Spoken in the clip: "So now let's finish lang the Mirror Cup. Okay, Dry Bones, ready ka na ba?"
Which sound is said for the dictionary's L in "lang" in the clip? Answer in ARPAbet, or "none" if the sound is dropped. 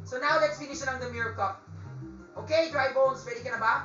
N